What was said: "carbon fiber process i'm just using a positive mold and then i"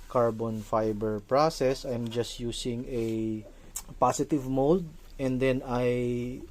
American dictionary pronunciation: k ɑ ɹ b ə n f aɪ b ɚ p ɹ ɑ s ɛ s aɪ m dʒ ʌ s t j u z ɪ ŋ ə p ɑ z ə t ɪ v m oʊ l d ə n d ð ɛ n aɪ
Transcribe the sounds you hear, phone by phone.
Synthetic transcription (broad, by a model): k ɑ ɹ b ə n f aɪ b ɚ p ɹ ɑ s ɛ s aɪ m dʒ ʌ s t j u s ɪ ŋ ə p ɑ s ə t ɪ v m oʊ l d ə n d ɛ n aɪ